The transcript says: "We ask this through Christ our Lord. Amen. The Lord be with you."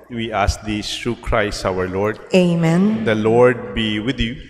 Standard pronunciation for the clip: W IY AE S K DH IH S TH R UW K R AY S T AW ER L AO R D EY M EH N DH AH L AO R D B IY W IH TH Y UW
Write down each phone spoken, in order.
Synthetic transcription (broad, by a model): W IY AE S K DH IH S T R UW K R AY S T AW ER L AO R D EY M EH N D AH L AO R D B IY W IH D Y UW